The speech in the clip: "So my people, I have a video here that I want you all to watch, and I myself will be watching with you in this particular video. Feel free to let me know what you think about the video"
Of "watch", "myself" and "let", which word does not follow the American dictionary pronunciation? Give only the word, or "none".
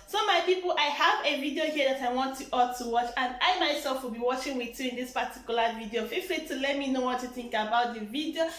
none